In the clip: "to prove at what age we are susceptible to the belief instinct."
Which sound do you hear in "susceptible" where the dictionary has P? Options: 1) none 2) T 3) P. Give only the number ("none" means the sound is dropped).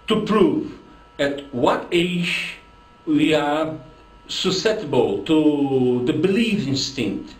1